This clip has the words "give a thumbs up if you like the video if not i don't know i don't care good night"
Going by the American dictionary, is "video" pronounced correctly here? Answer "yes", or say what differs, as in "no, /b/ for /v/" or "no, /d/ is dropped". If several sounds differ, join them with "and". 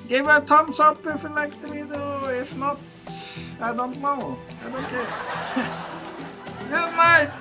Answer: no, /b/ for /v/